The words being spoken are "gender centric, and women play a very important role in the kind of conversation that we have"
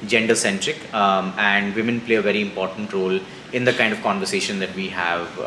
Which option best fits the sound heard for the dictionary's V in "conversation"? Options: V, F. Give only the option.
V